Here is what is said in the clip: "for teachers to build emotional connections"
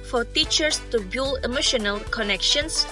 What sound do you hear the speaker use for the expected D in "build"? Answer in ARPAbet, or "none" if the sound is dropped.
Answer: none